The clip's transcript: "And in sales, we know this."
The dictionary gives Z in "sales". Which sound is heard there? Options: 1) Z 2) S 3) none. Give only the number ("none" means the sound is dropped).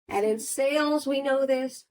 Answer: 1